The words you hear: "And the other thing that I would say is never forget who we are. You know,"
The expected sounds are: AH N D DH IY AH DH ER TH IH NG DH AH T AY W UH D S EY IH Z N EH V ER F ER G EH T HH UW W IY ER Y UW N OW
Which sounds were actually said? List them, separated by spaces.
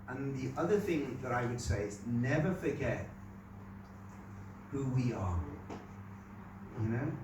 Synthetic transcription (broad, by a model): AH N DH IY AH DH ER TH IH NG DH AH T AY W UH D S EY IH Z N EH V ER F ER G EH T HH UW W IY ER Y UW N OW